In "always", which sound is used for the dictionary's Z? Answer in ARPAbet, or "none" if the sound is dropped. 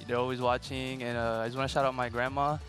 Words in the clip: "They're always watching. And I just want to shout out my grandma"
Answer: Z